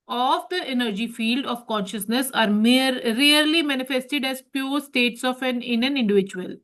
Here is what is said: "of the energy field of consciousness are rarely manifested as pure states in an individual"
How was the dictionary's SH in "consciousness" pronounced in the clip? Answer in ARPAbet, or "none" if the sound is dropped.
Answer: SH